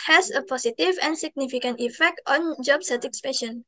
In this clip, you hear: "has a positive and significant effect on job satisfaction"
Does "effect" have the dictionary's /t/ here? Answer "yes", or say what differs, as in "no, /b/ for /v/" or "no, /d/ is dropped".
yes